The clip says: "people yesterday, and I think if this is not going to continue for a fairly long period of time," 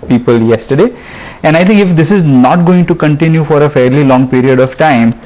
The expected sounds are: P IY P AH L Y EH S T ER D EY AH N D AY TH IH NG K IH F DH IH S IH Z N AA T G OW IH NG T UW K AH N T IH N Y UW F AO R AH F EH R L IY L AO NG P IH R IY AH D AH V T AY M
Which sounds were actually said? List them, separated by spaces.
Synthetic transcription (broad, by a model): P IY P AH L Y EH S T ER D EY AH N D AY T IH NG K IH F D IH S IH Z N AA T G OW IH NG T UW K AH N T IH N Y UW F AO R AH F EH R L IY L AO NG P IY R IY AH D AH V T AY M